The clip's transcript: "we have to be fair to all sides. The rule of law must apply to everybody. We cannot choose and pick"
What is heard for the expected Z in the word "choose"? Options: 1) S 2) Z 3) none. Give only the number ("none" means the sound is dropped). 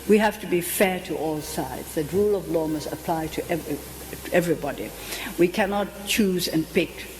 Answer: 2